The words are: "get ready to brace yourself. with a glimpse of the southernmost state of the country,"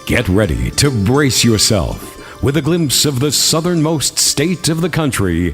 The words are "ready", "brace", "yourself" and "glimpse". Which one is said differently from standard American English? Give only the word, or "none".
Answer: none